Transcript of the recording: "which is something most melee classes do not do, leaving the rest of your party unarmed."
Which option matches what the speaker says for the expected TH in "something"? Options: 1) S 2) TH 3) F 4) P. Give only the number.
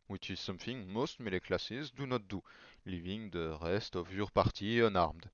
3